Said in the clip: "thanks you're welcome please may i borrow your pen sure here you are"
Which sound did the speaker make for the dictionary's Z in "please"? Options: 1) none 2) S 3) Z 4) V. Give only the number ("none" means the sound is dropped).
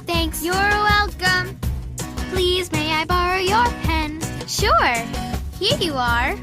3